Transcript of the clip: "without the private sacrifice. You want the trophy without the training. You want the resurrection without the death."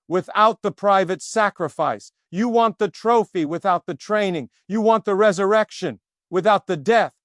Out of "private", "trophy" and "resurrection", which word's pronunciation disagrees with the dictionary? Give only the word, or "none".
none